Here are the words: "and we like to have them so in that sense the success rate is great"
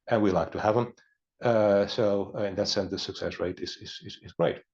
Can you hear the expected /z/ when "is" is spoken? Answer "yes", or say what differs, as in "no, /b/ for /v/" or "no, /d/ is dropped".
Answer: yes